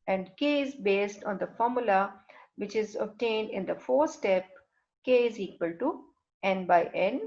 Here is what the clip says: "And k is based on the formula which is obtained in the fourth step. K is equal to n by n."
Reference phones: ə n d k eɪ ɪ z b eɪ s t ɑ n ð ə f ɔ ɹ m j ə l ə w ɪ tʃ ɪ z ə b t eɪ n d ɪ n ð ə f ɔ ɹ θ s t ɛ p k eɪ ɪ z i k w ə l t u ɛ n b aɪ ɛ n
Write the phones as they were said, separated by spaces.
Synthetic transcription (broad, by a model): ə n d k eɪ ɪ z b eɪ s t ɑ n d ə f ɔ ɹ m j ə l ə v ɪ tʃ ɪ z ə b t eɪ n d ɪ n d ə f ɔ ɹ s t ɛ p k eɪ ɪ z i k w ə l t u ɛ n b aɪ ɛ n